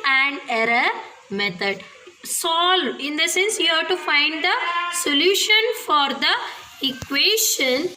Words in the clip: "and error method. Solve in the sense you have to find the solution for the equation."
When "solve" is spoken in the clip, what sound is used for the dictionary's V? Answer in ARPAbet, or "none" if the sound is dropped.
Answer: none